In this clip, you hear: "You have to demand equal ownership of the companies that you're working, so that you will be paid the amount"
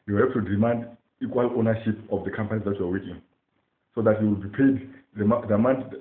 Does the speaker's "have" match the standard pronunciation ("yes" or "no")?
no